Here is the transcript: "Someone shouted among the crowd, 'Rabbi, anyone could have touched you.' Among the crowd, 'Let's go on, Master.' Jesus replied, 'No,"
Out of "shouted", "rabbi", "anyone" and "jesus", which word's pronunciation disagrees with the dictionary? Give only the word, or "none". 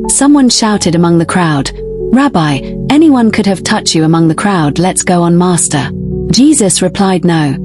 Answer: none